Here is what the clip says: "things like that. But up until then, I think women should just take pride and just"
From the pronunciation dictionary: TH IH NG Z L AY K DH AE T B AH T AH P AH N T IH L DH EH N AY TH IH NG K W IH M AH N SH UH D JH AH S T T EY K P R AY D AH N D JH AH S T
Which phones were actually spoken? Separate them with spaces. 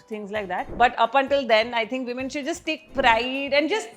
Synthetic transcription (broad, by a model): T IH NG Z L AY K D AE T B AH T AH P AH N T IH L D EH N AY T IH NG K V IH M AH N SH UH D JH AH S T T EY K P R AY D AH N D JH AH S T